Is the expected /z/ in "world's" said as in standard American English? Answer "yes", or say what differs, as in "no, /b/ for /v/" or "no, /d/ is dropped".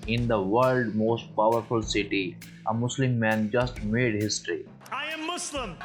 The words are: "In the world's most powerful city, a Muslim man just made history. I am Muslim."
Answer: no, /z/ is dropped